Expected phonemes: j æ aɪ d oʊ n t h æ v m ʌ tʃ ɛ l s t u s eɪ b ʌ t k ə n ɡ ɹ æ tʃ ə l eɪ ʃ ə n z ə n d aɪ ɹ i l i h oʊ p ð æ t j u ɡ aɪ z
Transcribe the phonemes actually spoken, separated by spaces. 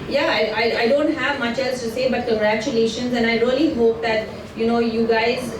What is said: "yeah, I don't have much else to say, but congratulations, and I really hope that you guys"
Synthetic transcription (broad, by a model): j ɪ aɪ d oʊ n t h æ v m ʌ tʃ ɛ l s t u s eɪ b ʌ t k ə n ɡ ɹ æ tʃ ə l eɪ ʃ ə n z ə n d aɪ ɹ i l i h oʊ p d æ t j u ɡ aɪ z